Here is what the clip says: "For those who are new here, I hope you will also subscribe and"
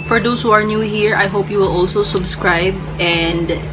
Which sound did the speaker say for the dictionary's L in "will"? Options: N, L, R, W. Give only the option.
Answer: L